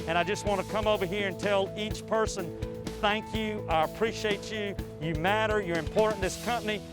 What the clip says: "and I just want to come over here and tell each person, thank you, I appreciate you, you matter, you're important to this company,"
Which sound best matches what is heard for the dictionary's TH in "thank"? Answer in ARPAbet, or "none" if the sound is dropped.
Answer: TH